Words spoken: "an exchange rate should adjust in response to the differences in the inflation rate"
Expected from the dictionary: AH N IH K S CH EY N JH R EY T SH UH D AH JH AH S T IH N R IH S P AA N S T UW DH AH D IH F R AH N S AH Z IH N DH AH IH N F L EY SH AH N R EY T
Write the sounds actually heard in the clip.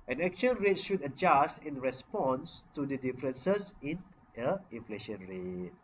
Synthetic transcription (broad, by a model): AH N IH K CH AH N R EY T SH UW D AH JH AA S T IH N R IH S P AA N S T UW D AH D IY F R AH N S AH S IH N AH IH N F L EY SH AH N R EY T